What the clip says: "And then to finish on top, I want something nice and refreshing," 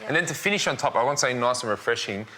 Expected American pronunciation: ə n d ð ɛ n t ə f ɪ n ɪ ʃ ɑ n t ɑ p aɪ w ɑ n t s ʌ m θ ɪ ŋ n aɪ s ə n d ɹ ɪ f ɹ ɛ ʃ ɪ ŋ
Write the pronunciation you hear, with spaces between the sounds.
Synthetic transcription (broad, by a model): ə n ð ɛ n t ə f ɪ n ɪ ʃ n t ɑ p aɪ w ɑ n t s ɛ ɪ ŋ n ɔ ə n ɹ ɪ f ɹ ɛ ʃ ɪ ŋ